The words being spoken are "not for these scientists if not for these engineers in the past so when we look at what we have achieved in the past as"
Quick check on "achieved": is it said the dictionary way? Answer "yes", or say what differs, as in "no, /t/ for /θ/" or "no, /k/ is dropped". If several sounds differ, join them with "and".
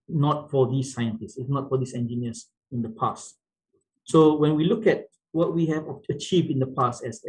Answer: yes